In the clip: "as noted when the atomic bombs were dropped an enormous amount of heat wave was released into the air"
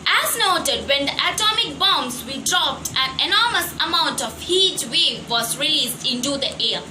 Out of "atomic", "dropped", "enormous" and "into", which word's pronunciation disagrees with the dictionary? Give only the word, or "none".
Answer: none